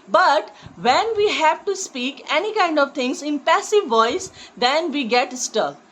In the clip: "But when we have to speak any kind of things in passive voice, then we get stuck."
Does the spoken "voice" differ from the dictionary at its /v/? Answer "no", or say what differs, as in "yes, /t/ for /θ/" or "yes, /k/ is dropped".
no